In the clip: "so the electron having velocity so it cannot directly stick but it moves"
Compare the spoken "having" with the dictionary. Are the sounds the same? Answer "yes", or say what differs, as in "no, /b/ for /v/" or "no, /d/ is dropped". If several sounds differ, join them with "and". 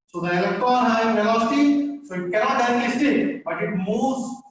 no, /v/ is dropped